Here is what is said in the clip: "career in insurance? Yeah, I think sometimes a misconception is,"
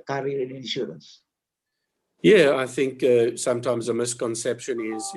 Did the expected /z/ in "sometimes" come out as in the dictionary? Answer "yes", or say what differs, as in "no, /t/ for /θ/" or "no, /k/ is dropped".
yes